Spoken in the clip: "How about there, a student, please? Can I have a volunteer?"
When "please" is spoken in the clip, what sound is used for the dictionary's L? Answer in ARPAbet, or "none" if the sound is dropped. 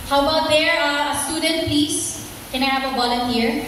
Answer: none